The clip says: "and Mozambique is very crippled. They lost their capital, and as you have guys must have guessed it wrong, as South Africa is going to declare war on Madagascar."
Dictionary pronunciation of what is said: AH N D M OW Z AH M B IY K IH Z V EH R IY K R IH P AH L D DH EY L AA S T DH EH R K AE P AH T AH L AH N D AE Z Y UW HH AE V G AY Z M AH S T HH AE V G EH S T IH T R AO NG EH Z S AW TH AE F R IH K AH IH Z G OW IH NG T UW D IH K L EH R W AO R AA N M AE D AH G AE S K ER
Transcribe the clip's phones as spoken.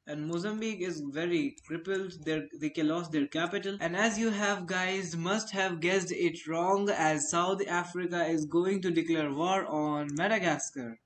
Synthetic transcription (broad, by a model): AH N D M OW Z AH M B IY K IH Z V EH R IY K R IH P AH L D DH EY L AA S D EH R K AE P AH T AH L AH N D AE Z Y UW HH AE V G AY Z M AH S T HH AE V G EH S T IH T R AO NG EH Z S AW T AE F R IH K AH IH Z G OW IH NG T UW D IH K L EH R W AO R AA N M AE D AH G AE S K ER